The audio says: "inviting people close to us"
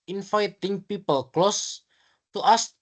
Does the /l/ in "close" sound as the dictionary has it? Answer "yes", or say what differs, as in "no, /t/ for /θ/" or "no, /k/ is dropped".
yes